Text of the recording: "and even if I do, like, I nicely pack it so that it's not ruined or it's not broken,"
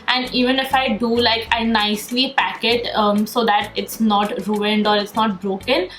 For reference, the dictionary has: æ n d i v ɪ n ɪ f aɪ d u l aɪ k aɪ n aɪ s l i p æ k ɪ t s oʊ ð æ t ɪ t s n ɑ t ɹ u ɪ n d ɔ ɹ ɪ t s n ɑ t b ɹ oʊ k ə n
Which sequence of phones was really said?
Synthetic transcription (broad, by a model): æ n d i v ɪ n ɪ f aɪ d u l aɪ k aɪ n aɪ s l i p æ k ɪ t s oʊ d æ t ɪ t s n ɑ t ɹ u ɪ n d ɔ ɹ ɪ t s n ɑ t b ɹ oʊ k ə n